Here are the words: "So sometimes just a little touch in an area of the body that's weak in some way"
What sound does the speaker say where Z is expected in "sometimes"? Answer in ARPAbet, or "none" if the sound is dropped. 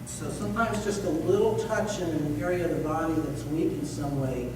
Z